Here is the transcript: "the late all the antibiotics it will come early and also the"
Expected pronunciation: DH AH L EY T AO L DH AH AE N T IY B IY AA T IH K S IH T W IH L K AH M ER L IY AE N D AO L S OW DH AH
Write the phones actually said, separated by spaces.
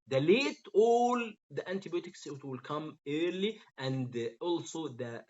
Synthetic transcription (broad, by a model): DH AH L EY T AO L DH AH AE N T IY B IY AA T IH K S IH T W IH L K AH M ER L IY AE N D AO L S OW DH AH